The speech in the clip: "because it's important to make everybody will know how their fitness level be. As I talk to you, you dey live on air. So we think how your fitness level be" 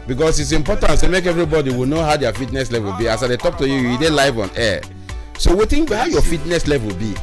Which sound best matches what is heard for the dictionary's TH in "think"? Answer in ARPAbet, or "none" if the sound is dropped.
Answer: T